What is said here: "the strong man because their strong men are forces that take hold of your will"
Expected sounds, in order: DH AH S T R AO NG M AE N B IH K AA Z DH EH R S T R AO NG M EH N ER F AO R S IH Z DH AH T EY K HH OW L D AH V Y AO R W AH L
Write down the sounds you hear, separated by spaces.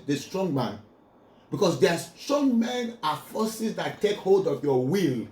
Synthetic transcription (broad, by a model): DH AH S T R AO NG M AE N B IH K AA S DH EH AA S T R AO NG M EH N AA F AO S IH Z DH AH T EY K HH OW L D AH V Y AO W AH L